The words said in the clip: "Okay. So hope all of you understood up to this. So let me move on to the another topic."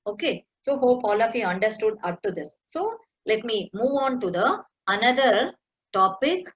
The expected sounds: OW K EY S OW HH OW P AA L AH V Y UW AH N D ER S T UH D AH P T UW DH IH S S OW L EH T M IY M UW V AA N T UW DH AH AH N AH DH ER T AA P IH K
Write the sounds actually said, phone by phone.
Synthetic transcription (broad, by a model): OW K EY S OW HH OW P AA L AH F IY AH N D ER S T UH D AH P T UW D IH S S OW L EH T M IY M UW V AA N T UW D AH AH N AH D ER T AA P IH K